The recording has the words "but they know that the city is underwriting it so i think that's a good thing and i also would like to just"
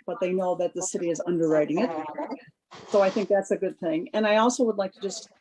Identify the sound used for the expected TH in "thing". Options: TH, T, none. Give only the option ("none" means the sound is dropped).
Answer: TH